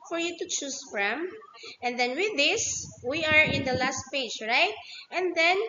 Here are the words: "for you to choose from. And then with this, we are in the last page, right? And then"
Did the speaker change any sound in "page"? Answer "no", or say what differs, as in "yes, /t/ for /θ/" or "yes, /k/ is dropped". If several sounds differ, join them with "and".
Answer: no